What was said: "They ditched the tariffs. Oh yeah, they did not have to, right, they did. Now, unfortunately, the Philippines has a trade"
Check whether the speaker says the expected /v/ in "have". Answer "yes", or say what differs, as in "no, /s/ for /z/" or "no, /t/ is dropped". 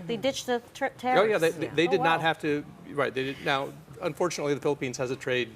no, /f/ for /v/